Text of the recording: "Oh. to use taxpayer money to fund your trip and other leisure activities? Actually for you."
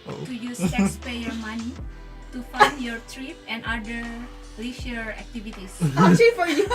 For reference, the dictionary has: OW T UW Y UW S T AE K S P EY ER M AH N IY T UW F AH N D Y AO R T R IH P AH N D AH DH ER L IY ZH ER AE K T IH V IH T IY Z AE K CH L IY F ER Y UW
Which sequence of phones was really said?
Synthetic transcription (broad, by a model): T UW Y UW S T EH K S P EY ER M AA N IY T UW F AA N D Y AO R T R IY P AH N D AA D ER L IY SH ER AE K T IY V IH T IY S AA CH IY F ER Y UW